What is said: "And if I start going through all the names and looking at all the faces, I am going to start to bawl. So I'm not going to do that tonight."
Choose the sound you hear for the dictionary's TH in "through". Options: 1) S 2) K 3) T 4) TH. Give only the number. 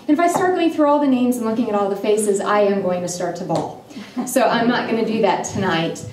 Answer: 4